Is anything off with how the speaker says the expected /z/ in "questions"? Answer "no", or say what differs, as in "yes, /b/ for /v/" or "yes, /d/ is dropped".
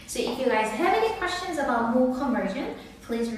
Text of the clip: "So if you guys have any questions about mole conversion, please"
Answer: no